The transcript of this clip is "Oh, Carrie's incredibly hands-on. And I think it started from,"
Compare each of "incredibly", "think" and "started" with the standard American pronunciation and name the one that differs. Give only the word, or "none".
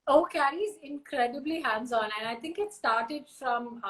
think